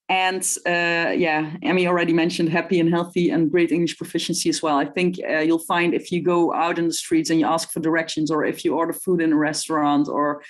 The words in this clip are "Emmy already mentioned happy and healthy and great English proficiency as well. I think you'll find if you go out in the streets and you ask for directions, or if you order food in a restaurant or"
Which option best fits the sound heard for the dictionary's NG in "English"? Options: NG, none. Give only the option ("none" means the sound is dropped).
NG